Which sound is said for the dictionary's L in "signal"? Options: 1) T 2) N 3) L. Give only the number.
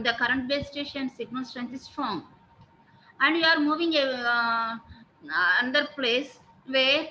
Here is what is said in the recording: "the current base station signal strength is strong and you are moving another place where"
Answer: 2